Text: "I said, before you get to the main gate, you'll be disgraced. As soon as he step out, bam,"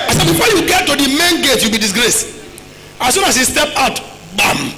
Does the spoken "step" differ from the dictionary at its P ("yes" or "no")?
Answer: no